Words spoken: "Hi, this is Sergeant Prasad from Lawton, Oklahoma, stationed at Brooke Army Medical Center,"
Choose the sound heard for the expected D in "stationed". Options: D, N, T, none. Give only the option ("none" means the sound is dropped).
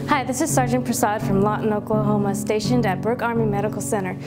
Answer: D